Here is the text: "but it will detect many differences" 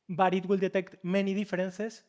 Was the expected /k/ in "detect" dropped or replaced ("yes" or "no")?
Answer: no